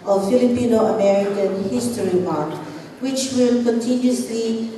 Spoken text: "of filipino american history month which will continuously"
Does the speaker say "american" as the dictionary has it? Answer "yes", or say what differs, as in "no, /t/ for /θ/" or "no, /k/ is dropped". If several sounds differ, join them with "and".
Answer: yes